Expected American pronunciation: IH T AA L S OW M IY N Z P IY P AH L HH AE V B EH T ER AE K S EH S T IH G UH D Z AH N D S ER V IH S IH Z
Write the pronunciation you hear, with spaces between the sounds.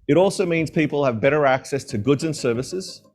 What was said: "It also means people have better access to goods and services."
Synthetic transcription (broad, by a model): IH T AA L S OW M IY N Z P IY P AH L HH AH V B EH T ER AE K S EH S T IH G UH D Z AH N S ER V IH S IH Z